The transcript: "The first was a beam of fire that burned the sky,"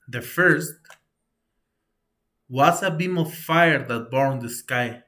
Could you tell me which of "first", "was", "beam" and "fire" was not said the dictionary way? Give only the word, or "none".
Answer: was